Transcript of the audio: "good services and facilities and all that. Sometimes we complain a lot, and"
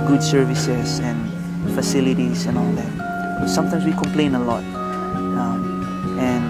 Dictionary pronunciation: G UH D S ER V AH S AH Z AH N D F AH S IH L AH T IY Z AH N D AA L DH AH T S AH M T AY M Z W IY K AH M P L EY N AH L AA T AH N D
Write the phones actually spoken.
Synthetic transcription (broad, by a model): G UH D S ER V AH S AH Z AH N F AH S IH L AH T IY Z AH N AA L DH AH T S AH M T AY M S W IY K AH M P L EY N AH L AA T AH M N